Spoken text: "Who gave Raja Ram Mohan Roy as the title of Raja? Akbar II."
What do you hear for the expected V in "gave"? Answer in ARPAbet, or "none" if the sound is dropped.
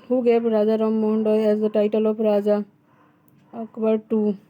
P